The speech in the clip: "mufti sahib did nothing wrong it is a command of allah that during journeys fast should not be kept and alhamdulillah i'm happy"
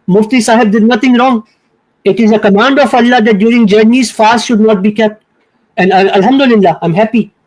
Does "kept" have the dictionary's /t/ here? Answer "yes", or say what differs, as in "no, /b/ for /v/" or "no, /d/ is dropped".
yes